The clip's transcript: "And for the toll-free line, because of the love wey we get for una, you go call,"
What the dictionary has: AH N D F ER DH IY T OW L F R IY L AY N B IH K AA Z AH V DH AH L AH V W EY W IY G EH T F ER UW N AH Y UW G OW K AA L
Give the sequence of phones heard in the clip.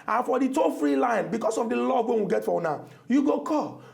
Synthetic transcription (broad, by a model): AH N F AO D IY T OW F R IY L AY N B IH K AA S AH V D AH L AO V W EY W IY G EH T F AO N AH Y UW G OW K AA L